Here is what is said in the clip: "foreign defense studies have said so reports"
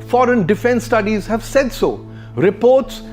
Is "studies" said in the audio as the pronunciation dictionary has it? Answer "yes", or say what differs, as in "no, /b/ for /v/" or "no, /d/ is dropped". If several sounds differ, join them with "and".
yes